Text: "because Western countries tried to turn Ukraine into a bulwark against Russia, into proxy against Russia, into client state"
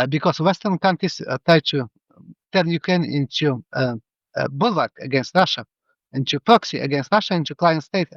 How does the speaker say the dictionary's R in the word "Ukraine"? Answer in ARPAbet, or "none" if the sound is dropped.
R